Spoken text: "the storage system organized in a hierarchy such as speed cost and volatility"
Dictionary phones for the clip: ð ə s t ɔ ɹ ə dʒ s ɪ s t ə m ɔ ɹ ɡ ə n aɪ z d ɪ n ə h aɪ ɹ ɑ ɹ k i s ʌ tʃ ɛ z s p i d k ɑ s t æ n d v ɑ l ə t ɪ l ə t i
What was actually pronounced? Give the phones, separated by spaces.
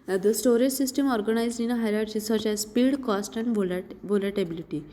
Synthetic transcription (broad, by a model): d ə s t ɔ ɹ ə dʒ s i s t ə m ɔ ɹ ɡ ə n aɪ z ɪ n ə h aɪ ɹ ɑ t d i s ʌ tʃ ɛ z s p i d k ɑ s t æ n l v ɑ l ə t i l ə t i